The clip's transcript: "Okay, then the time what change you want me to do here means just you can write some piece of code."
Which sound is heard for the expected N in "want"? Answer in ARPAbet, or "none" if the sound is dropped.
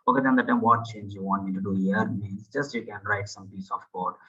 N